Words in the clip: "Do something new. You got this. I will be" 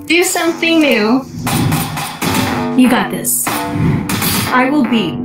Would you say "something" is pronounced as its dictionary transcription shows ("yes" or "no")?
yes